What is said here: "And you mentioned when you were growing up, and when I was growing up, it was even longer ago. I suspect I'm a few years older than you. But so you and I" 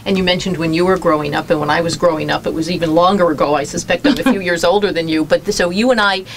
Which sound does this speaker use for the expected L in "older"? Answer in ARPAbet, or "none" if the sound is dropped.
L